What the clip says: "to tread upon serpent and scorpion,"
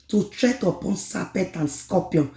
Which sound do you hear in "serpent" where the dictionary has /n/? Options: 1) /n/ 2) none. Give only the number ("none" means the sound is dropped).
2